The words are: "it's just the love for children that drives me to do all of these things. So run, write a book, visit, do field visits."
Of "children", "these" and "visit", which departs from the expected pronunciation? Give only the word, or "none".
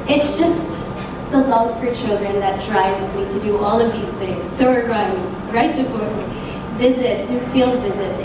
none